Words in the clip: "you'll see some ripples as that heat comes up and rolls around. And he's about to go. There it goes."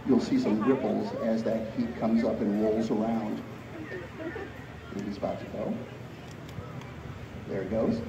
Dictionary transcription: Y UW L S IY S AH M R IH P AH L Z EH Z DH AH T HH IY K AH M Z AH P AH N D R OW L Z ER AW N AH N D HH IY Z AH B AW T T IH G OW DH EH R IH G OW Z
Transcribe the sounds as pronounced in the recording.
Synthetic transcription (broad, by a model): Y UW L S IY S AH M R IH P L Z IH Z DH AH T HH IY K AH M Z AH P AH N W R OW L Z ER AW AH N D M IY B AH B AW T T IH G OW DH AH R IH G OW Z